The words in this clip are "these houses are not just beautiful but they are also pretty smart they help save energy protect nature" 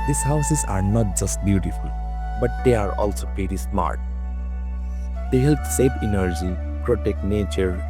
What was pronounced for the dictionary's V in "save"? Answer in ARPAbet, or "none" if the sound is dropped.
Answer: P